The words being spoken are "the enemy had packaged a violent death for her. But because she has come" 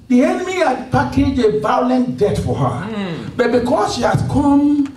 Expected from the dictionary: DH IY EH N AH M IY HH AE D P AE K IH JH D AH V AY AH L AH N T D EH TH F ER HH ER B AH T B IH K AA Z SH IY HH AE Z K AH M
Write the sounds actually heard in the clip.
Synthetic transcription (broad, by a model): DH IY EH N AH M IY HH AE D P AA K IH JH AH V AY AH L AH N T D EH T F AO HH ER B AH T B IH K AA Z SH IY HH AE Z K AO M